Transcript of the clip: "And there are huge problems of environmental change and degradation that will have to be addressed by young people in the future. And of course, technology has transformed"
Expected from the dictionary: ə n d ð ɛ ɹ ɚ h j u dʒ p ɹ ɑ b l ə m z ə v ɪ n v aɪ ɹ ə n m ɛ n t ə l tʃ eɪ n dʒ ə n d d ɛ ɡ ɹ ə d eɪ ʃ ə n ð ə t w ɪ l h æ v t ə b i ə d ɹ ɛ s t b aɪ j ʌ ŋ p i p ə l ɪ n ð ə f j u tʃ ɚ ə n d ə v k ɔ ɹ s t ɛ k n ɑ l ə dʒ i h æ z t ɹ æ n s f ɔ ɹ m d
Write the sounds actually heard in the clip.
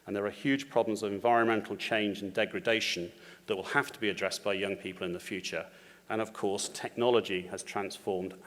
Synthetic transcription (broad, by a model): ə n ð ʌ ɹ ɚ h j u dʒ p ɹ ɑ b l ə m z ə v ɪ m v aɪ ɹ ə n m ɛ n t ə l tʃ eɪ n dʒ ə n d d ɛ ɡ ɹ ə d eɪ ʃ ə n ð ə t w ɪ l h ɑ f t ə b i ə d ɹ ɛ s b aɪ j ʌ ŋ p i p ə l ɪ n ð ə f j u tʃ ɚ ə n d ə v k ɔ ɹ s t ɛ k n ɑ l ə dʒ i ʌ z t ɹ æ n s f ɔ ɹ m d